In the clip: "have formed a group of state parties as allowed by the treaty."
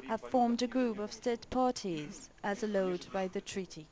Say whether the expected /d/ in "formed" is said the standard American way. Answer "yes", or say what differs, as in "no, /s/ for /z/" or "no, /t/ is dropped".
yes